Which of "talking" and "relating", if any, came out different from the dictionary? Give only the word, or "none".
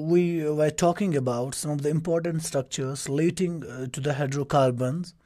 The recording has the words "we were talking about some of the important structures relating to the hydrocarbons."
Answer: relating